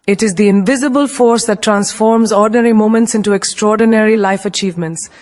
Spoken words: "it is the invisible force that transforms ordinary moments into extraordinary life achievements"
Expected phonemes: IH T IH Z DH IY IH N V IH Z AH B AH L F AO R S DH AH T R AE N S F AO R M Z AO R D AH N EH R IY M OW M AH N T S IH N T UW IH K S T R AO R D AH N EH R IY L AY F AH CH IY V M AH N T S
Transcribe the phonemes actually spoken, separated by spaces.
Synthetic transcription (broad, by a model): IH T IH Z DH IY IH N V IH Z AH B AH L F AO R S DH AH T R AE N S F AO R M Z AO R D N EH R IY M OW M AH N T S IH N T UW IH K S T R AO R D AH N EH R IY L AY F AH CH IY V M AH N T S